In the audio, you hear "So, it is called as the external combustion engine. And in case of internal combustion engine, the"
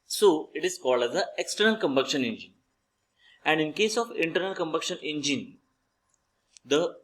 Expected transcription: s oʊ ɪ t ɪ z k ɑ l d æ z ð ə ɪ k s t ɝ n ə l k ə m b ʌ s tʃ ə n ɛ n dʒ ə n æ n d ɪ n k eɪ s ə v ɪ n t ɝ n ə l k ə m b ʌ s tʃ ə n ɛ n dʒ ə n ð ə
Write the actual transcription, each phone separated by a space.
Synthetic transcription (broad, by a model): s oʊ ɪ t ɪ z k ɑ l d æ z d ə ɪ k s t ɝ n ə l k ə m b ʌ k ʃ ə n ɛ n dʒ ə n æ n d ɪ n k eɪ s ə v ɪ n t ɝ n ə l k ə m b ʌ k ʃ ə n ɛ n dʒ ə n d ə